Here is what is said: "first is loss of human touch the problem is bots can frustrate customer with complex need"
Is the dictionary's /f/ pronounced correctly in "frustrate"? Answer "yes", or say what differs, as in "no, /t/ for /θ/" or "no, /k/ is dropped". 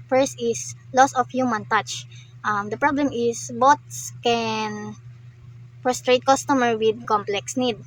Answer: no, /p/ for /f/